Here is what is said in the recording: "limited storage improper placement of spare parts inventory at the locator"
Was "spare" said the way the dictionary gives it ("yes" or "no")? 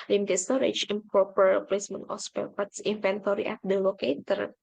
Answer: no